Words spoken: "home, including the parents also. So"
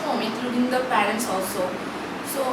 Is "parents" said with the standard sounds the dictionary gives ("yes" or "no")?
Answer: yes